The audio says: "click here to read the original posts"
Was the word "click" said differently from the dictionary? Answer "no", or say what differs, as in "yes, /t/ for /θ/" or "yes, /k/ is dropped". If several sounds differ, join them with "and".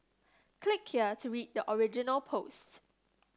no